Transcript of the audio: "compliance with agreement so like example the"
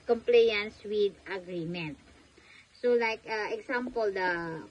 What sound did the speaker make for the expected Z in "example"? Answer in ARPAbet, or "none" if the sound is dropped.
S